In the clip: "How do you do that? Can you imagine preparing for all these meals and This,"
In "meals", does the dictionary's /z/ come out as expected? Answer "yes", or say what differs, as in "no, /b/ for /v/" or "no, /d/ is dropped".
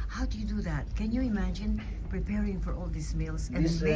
no, /s/ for /z/